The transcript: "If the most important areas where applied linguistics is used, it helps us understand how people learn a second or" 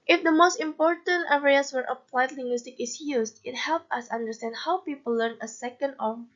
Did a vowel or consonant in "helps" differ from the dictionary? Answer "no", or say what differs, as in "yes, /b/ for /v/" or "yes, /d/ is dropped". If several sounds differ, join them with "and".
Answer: yes, /s/ is dropped